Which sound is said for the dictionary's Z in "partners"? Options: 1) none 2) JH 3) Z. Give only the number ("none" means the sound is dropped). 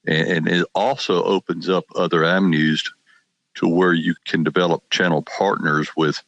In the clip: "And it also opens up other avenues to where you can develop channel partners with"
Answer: 3